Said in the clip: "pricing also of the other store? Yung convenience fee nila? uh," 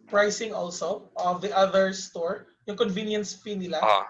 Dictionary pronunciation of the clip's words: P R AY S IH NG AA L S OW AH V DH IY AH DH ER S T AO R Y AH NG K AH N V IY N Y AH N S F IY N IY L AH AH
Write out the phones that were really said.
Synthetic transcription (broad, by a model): P R AY S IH NG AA L S OW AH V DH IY AH DH ER S T AO R Y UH NG K AH N V IY N Y AH N S P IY N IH L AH